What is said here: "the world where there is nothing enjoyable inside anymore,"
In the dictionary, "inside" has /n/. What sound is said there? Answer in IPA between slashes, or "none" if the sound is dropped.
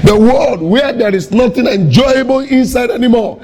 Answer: /n/